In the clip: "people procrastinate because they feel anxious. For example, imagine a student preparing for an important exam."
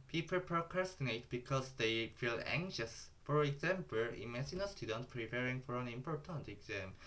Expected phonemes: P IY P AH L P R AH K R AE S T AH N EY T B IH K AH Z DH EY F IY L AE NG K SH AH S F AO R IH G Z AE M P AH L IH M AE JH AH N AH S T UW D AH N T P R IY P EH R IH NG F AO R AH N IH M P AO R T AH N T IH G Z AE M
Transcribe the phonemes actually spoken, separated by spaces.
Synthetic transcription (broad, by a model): P IY P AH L P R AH K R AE S T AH N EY T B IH K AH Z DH EY F IY L AE NG K SH AH S F AO R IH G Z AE M P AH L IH M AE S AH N AH S T UW D AH N T P R IY P EH R IH NG F AO R AH N IH M P AO R T AH N T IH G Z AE M